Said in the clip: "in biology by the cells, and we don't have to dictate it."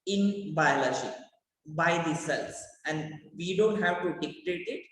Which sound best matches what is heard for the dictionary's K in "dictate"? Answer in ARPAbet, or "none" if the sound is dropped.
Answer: K